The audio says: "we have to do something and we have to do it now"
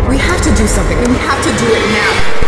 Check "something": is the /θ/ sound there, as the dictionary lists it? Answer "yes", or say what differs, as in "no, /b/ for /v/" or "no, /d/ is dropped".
yes